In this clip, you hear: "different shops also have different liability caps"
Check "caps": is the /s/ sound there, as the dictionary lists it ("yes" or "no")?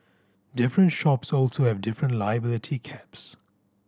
yes